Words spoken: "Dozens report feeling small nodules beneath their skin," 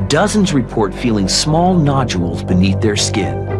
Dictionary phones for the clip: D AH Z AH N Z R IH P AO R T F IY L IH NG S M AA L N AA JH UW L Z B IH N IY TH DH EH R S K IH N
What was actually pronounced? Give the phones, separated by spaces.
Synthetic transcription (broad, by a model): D AH Z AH N Z R IH P AO R T F IY L IH NG S M AA L N AA JH UW L Z B IH N IY TH DH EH R S K IH N